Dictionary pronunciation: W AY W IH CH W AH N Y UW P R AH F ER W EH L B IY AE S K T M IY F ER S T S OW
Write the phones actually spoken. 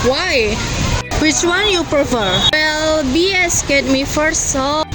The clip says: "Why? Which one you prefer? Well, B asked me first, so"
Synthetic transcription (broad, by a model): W AY W IH CH W AH N Y UW P R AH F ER W EH L B IY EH S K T M IY F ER T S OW